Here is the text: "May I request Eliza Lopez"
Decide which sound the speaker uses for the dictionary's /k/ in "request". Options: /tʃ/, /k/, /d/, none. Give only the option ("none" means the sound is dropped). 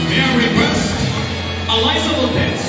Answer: none